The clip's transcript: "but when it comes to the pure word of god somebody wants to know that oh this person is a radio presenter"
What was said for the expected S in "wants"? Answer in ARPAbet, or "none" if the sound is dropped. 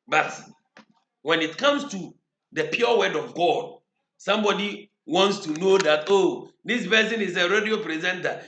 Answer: S